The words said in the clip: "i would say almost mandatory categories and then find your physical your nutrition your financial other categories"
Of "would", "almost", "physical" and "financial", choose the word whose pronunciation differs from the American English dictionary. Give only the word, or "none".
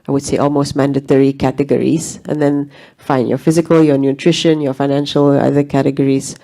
none